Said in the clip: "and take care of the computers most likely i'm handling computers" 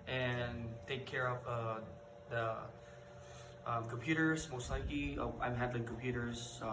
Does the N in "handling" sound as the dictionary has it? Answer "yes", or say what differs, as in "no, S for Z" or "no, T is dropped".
no, N is dropped